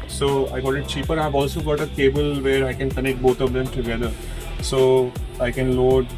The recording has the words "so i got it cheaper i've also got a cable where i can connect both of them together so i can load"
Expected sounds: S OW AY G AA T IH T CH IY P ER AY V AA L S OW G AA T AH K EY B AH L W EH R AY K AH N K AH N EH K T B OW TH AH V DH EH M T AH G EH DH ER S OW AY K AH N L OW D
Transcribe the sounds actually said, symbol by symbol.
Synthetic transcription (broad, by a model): S OW AY G AA T IH T CH IY P ER AY V AA L S OW G AA T AH K EY B AH L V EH R AY K AH N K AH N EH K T B OW T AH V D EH M T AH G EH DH ER S OW AY K AH N L OW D